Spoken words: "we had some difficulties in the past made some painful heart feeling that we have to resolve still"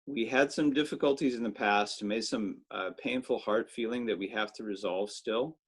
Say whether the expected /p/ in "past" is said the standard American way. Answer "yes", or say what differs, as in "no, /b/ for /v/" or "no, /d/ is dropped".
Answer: yes